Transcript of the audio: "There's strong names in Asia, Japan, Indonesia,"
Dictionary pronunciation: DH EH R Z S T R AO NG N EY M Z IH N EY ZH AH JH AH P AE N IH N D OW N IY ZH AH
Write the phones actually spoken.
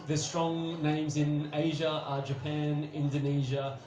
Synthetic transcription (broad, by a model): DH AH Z S T R AO NG N EY M Z IH N EY ZH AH JH AH P AE N IH N D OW N IY ZH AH